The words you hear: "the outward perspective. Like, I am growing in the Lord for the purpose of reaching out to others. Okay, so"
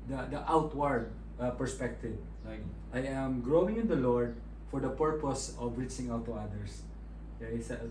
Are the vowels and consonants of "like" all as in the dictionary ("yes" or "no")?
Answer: no